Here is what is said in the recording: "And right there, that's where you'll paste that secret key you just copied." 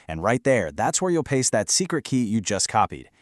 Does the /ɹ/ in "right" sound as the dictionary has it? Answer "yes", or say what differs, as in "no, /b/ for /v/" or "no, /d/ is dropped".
yes